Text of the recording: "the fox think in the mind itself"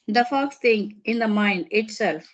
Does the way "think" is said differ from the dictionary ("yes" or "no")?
yes